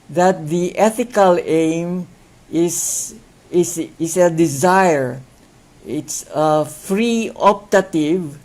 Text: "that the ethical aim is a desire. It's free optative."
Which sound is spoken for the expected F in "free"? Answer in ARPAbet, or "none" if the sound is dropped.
F